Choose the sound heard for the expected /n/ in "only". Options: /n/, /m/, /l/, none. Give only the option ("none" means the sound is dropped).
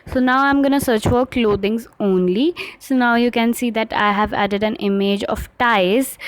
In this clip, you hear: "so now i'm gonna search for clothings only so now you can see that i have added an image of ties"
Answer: /n/